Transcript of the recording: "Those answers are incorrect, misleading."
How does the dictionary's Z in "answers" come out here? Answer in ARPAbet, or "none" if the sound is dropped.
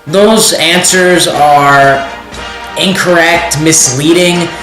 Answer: Z